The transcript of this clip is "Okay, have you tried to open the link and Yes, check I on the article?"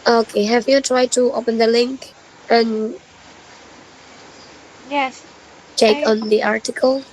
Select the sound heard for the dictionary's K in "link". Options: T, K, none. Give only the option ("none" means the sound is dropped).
K